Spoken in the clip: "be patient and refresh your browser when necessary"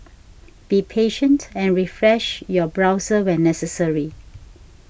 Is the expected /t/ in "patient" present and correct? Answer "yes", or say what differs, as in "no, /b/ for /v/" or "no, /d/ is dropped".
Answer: yes